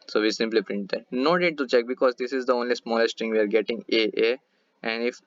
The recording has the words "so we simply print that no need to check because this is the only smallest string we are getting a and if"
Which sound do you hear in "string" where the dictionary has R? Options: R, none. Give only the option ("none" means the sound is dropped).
none